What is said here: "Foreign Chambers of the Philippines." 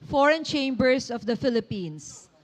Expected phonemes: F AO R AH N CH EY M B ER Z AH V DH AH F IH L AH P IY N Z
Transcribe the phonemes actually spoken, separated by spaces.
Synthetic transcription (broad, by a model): F AO R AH N CH EY M B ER S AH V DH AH F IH L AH P IY N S